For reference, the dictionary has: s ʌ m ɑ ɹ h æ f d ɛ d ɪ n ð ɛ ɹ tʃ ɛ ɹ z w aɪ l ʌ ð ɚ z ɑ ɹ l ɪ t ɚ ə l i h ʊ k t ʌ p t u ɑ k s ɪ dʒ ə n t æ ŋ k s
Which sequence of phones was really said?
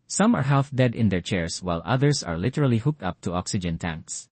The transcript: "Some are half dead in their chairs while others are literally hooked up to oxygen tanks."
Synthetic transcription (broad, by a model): s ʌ m ɑ ɹ h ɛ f d ɛ d ɪ n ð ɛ ɹ tʃ ɛ ɹ s w aɪ l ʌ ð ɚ s ɑ ɹ l ɪ t ɚ ə l i h ʊ k t ʌ p t u ɑ k s ɪ dʒ ə n t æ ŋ k s